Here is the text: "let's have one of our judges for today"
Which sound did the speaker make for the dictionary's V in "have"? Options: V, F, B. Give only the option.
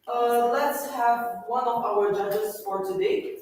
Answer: V